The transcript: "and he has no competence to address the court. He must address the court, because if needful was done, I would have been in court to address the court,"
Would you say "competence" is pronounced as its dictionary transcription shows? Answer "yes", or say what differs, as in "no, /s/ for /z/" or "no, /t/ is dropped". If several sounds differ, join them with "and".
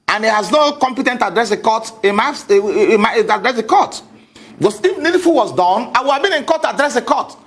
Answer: no, /s/ is dropped